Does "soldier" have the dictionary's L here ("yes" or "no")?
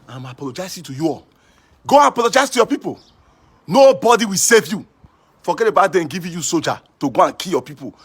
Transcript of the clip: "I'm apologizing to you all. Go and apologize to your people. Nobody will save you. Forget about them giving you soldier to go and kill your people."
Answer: no